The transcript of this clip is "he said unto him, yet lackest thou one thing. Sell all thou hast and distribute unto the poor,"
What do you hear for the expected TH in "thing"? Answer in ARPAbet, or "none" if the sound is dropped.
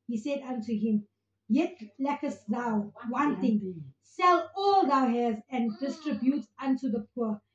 T